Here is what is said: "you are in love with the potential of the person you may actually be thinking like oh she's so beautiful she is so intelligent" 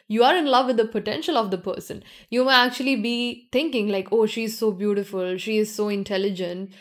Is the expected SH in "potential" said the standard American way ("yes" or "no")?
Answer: yes